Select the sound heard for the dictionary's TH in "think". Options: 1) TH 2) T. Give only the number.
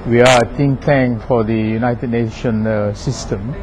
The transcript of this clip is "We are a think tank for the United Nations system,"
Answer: 2